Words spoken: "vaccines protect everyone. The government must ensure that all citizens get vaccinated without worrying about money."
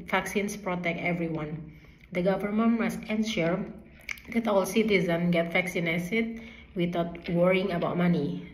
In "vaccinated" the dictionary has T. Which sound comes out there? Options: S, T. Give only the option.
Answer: S